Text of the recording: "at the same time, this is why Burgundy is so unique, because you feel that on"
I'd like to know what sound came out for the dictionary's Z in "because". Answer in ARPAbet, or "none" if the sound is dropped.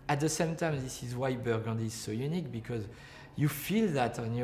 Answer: Z